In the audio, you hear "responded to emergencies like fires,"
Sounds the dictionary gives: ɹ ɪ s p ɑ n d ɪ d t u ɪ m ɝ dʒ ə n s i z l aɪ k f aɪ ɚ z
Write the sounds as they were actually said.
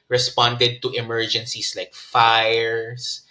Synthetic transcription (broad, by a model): ɹ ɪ s p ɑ n d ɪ d t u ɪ m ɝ dʒ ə n s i s l aɪ k f aɪ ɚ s